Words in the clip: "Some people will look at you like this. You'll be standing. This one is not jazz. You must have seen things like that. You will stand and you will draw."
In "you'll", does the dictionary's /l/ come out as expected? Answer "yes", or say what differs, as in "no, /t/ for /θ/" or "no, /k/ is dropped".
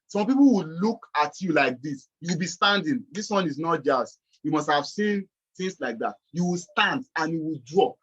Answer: no, /w/ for /l/